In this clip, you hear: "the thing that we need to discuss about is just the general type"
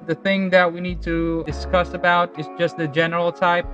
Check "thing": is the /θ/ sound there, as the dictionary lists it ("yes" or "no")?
yes